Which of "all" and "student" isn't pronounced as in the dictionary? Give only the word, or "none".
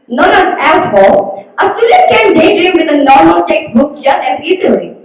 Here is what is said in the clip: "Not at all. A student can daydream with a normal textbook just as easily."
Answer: student